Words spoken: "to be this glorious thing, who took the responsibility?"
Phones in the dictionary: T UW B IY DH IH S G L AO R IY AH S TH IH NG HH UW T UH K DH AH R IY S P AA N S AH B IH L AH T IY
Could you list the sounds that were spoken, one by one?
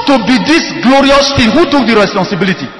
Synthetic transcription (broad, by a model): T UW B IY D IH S G L AO R IY AH S F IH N HH UW T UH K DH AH R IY S P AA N S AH B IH L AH T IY